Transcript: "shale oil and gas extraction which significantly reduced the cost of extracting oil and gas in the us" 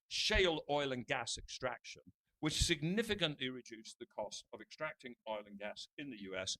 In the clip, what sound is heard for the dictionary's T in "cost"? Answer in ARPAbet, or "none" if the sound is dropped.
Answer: T